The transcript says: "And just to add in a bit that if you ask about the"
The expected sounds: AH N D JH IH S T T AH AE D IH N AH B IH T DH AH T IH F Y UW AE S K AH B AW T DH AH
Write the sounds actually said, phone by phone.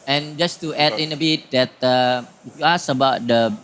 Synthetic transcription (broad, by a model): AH N JH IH S T T AH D IH N AH B IH T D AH T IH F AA S AH B AW T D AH